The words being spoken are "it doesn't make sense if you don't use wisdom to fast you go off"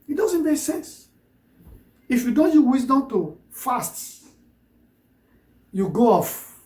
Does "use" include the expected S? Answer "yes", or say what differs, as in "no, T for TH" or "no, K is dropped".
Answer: no, S is dropped